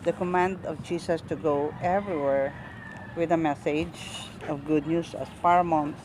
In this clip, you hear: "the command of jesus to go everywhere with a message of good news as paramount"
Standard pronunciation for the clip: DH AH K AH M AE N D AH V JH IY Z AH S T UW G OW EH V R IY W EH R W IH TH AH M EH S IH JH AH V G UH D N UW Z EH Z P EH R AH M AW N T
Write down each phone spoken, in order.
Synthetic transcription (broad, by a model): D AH K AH M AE N D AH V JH IY S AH S T UW G OW EH V R IY W EH R W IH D AH M EH S IH JH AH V G UH D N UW S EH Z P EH R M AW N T